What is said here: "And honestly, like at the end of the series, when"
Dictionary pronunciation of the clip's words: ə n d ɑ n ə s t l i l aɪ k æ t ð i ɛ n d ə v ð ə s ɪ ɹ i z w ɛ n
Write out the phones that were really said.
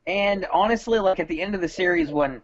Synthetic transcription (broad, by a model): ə n ɑ n ə s t l i l aɪ k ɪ t ð i ɛ n d ə v ð ə s ɪ ɹ i z w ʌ n